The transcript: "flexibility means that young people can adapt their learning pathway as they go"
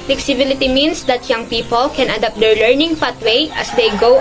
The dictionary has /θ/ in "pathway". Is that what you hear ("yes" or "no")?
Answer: no